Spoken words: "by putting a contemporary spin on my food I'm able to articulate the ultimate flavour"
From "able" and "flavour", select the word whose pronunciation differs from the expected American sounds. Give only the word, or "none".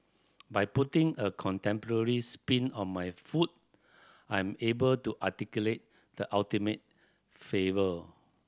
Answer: flavour